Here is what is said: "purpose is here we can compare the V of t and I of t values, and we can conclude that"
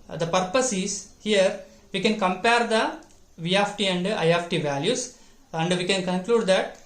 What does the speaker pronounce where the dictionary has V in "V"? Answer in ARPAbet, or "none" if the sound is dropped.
V